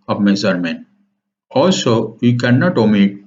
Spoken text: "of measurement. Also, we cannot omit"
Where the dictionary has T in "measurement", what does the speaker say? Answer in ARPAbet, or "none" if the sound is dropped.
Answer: none